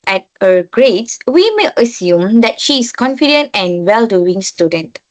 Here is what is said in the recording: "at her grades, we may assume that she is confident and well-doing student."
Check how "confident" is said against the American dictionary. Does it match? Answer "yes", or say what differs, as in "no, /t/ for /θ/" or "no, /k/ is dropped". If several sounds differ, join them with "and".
yes